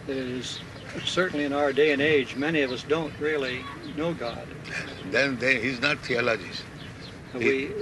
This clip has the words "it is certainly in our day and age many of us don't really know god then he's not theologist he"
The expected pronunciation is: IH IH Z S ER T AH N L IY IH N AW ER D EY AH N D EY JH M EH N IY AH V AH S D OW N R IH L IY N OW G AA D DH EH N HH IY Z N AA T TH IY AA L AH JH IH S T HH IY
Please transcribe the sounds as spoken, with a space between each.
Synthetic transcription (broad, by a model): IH IH Z S ER T N L IY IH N AW ER D EY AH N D EY JH M EH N IY AH V AH S D OW N R IH L IY N OW G AA D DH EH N HH IY Z N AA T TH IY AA L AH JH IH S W IY